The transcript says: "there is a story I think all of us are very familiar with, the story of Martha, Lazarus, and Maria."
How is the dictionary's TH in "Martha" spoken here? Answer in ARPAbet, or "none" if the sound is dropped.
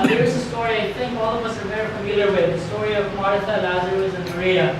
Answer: T